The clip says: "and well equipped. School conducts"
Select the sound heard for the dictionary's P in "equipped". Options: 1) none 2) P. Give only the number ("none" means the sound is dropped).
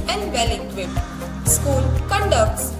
1